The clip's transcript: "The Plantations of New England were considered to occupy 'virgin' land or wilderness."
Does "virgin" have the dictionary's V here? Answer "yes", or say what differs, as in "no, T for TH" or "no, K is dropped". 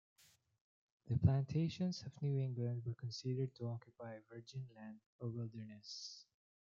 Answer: yes